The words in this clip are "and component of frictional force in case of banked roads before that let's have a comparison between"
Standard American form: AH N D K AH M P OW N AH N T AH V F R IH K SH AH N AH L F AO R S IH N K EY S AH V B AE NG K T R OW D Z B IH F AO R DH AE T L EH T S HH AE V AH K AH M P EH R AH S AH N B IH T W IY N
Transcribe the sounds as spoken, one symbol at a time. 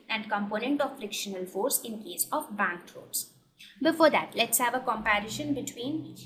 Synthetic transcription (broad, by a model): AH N D K AH M P OW N AH N T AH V F R IH K SH AH N AH L F AO R S IH N K EY S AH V B AE NG K T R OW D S B IH F AO R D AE T L EH T S HH AE V AH K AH M P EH R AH SH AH N B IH T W IY N